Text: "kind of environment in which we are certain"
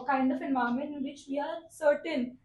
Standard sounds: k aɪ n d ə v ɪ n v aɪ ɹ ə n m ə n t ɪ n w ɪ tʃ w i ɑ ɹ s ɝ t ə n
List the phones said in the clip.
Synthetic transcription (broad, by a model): k aɪ n d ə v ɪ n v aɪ ə m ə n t ɪ n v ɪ tʃ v i ɑ ɹ s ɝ t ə n